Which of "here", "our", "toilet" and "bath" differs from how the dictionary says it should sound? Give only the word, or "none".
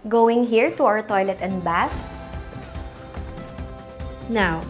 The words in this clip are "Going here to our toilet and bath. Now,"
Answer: bath